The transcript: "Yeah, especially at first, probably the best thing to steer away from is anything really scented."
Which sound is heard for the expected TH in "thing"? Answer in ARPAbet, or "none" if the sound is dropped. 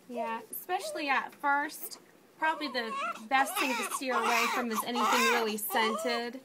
TH